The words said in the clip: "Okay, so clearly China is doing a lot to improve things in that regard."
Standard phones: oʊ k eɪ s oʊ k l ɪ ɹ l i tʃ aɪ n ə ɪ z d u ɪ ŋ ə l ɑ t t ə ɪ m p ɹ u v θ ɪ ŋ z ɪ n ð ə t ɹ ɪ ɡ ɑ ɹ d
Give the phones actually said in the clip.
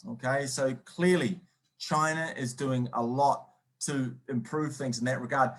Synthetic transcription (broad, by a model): oʊ k eɪ s oʊ k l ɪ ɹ l i tʃ aɪ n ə ɪ z d u ɪ ŋ ə l ɑ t t ə ɪ m p ɹ u v θ ɪ ŋ z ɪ n ð ə t ɹ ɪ ɡ ɑ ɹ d